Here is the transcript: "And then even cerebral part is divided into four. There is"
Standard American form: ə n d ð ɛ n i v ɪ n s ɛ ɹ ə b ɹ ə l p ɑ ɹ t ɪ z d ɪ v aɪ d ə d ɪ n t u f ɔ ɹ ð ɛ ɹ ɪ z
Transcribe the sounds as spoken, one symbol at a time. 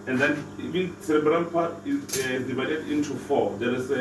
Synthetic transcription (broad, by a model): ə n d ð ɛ n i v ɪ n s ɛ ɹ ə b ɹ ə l p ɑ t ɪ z d ɪ v aɪ d ə d ɪ n t u f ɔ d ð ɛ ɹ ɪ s